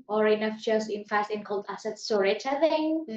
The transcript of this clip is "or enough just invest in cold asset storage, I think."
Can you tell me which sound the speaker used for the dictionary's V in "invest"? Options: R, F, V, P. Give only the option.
F